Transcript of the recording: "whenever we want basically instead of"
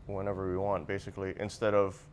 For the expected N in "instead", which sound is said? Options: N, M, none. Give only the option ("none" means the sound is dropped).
N